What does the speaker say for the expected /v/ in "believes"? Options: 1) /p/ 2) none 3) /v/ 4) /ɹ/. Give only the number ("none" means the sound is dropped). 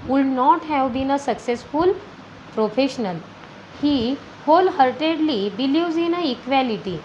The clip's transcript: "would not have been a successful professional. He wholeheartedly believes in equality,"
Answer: 2